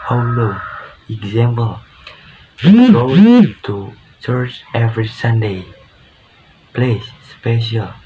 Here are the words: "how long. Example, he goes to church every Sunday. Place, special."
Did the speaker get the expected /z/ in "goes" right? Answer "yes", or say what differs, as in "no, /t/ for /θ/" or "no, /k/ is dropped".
no, /z/ is dropped